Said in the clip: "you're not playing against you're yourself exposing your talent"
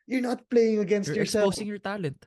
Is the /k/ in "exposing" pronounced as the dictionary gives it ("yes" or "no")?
no